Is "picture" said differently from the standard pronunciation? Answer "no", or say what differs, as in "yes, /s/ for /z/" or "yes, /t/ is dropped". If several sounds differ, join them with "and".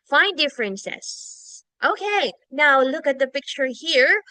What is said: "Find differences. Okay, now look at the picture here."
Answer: no